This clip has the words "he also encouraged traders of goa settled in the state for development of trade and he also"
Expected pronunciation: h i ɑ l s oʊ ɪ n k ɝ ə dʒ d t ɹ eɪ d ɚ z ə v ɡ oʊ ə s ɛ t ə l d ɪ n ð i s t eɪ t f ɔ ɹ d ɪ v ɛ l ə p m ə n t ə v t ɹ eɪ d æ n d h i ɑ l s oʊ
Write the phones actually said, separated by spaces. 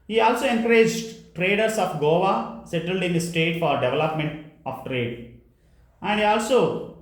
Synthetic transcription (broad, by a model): h i ɑ l s oʊ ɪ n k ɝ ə dʒ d t ɹ eɪ d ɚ s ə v ɡ oʊ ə s ɛ t ə l d ɪ n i s t eɪ t f ɔ ɹ d ɪ v ɛ l ə p m ə n t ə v t ɹ eɪ d æ n d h i ɑ l s oʊ